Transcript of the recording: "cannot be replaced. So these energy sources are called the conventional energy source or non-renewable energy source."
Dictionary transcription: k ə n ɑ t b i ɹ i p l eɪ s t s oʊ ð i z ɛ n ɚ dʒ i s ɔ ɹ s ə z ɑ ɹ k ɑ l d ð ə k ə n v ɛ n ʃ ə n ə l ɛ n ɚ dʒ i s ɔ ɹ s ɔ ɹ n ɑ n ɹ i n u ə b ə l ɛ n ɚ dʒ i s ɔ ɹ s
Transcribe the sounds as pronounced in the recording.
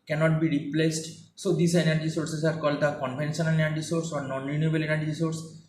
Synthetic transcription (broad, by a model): k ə n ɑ t b i ɹ i p l eɪ s t s oʊ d i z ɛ n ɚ dʒ i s ɔ ɹ s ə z ɑ ɹ k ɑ l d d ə k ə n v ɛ n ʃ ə n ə n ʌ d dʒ i s ɔ ɹ s ɔ ɹ n ɑ n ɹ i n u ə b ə l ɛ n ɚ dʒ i s ɔ ɹ s